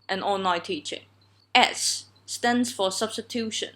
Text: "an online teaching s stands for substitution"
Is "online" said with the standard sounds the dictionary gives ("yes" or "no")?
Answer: no